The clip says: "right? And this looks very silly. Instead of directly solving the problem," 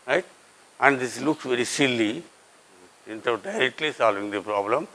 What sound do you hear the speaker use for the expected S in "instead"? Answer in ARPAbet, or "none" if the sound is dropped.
none